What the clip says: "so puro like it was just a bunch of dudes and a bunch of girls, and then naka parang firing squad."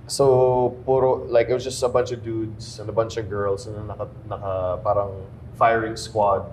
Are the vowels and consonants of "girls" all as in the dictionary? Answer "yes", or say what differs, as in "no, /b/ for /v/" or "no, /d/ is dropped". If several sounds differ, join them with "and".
no, /s/ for /z/